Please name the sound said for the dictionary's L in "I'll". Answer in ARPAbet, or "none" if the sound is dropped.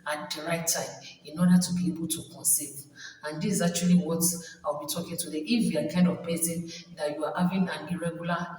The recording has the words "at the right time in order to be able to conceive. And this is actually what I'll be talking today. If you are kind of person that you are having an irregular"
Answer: W